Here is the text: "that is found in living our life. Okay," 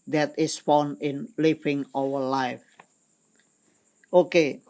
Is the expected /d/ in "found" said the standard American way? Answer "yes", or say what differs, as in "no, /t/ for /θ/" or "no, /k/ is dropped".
no, /d/ is dropped